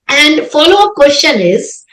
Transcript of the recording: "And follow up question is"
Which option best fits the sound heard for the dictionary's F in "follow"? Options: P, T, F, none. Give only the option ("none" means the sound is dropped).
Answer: F